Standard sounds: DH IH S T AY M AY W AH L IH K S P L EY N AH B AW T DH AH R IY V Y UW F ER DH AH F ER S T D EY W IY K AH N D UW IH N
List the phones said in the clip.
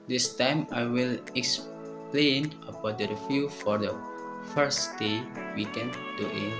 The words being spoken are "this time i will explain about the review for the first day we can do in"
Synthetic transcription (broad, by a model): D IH S T AY M AY W AH L IH K S P L EY N AH B AW T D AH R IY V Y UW F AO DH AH F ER S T D EY W IY K AH N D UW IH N